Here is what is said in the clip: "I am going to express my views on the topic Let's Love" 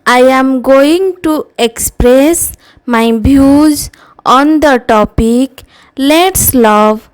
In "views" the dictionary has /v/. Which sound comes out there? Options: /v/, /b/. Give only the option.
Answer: /b/